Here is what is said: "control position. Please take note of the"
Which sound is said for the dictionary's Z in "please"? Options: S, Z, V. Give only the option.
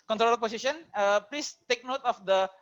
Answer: S